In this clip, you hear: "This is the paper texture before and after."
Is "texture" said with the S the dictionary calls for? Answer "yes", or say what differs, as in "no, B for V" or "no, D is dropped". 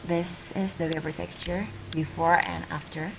no, S is dropped